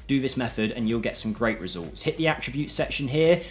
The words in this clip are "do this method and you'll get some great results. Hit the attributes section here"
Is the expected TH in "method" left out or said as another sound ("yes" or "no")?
no